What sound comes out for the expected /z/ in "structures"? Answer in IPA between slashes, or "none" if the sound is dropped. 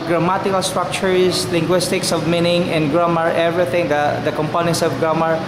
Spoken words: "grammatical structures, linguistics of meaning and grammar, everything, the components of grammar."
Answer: /s/